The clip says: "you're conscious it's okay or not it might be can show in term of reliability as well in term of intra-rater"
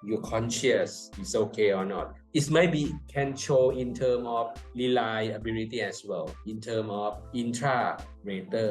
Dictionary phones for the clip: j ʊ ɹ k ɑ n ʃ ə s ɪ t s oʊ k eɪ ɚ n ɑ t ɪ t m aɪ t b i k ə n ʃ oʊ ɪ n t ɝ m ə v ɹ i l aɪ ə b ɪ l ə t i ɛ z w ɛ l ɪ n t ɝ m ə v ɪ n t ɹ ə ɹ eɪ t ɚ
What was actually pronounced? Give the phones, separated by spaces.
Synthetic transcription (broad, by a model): j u k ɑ n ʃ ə s ɪ t s oʊ k eɪ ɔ n ɑ t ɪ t m aɪ t b i k ə n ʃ oʊ ɪ n t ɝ m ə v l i l aɪ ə b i l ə t i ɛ s w ɛ l ɪ n t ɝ m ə f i n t ɹ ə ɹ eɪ t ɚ